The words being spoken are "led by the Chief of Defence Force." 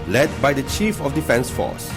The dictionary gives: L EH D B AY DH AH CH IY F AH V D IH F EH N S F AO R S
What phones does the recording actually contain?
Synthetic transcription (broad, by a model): L EH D B AY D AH CH IY F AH F D IH F EH N S F AO S